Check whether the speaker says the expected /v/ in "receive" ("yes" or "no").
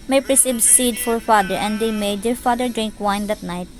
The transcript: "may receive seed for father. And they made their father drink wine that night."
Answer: no